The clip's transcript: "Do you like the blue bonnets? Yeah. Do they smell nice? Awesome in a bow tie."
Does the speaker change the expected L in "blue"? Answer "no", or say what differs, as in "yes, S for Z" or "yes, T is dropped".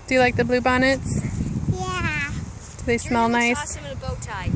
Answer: no